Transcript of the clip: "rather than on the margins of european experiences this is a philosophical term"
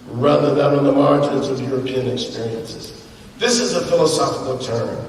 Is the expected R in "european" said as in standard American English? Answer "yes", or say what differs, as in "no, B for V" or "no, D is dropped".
yes